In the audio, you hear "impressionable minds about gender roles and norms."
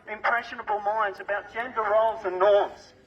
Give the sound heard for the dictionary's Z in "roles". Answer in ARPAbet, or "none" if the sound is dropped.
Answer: Z